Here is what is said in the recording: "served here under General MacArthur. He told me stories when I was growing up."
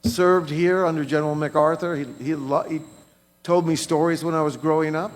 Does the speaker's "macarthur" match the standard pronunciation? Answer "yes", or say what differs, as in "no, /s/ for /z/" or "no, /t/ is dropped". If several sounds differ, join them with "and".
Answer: yes